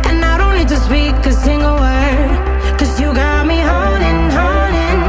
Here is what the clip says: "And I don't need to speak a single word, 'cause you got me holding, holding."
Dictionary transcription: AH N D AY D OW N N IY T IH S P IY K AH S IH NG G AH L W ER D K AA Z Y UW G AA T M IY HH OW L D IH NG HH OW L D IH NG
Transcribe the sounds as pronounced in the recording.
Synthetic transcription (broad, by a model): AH N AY D OW N L IY T IH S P IY K AH S IH NG G AH L W ER D K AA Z Y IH G AA T M IY HH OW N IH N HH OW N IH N